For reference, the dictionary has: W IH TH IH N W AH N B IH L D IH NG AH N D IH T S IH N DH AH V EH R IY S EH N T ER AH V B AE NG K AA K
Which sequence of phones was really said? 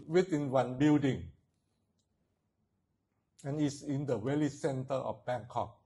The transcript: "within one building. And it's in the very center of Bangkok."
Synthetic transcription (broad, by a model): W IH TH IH N W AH N B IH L D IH NG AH N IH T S IH N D AH W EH L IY S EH N T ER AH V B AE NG K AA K